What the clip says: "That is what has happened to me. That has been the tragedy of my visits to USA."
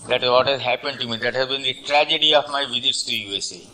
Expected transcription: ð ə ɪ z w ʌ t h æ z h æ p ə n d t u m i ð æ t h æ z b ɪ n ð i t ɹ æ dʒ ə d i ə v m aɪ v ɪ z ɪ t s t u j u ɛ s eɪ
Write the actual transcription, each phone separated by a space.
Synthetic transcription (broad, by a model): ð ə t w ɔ t h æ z h æ p ə n d t u m i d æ t h æ z b ɪ n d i t ɹ æ dʒ ə d i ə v m aɪ v ɪ z ɪ t s t u j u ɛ s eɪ